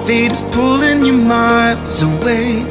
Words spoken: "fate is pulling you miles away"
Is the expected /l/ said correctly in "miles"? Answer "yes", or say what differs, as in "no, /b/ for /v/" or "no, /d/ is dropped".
no, /l/ is dropped